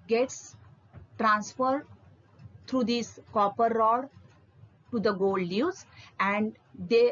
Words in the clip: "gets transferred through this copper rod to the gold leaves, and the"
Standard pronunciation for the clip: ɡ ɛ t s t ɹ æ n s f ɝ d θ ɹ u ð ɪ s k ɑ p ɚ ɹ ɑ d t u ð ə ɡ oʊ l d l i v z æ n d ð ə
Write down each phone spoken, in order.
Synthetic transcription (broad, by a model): ɡ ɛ t s t ɹ æ n s f ɝ d t ɹ u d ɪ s k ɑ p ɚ ɹ ɑ d t u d ə ɡ oʊ l d n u z æ n d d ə